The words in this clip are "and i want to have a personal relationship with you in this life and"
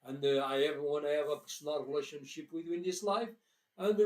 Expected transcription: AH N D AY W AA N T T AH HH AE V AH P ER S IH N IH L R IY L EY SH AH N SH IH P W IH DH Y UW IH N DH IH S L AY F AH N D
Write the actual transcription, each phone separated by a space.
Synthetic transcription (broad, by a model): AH N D AY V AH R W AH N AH V AH P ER S N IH L R IY L EY SH AH N SH IH P W IH DH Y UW IH N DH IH S L AY F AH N